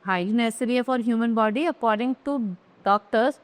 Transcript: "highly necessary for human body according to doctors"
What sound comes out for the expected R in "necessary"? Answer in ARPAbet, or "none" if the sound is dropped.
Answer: none